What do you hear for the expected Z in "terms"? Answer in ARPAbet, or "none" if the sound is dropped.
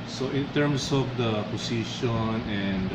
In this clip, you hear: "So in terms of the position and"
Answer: S